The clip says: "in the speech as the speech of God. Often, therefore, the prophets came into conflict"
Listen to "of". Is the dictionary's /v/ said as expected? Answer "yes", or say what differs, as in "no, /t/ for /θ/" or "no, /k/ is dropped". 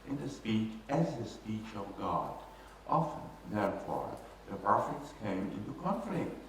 yes